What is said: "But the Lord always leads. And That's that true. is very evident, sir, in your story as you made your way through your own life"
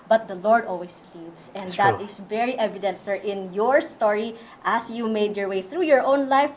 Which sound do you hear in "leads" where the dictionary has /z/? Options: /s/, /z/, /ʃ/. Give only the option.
/s/